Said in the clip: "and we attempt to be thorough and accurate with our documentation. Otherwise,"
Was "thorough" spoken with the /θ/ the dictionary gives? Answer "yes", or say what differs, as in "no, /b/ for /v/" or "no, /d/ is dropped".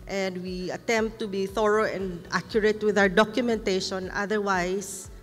yes